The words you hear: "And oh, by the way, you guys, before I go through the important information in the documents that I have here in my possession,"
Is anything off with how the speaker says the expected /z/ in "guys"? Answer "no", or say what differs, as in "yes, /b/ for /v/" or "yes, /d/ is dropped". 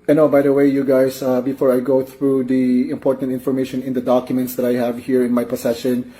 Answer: yes, /s/ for /z/